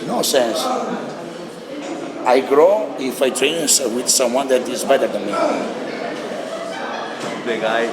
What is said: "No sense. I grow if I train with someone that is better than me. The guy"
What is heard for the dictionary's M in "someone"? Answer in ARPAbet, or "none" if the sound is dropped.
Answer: M